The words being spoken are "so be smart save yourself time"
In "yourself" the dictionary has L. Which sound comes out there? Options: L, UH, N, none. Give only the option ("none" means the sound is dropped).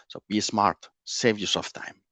none